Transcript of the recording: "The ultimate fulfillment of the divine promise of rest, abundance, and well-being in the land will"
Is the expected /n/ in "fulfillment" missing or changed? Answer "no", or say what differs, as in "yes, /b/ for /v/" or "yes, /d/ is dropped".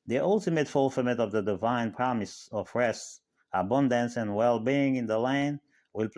yes, /n/ is dropped